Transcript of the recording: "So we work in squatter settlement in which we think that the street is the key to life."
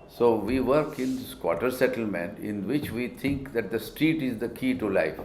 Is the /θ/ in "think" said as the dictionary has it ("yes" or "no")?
no